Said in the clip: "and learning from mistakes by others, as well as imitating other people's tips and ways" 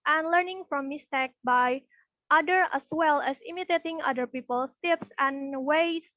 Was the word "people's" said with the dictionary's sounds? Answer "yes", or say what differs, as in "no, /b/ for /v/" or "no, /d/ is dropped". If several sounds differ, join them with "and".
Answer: no, /z/ is dropped